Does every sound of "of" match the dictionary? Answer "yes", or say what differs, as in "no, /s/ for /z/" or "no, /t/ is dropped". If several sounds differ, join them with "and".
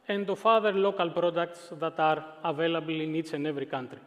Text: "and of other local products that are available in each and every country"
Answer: no, /f/ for /v/